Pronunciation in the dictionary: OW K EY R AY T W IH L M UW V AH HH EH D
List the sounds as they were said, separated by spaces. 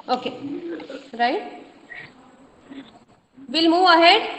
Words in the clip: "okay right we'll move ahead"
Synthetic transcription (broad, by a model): OW K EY R AY T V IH L M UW AH HH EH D